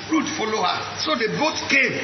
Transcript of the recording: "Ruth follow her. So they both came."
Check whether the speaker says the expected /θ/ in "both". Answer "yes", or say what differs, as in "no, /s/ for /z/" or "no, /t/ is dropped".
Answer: no, /t/ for /θ/